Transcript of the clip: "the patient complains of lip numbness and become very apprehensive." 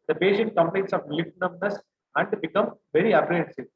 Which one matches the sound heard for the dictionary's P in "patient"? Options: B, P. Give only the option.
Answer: B